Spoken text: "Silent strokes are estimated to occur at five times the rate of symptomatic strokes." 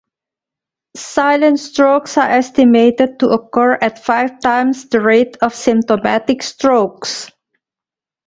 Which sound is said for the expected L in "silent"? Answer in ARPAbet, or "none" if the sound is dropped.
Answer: L